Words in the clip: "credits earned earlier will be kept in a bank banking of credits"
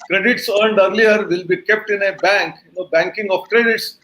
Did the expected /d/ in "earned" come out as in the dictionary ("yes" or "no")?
yes